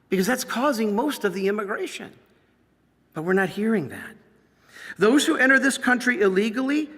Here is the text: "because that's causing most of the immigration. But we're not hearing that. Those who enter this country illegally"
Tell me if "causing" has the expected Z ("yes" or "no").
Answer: yes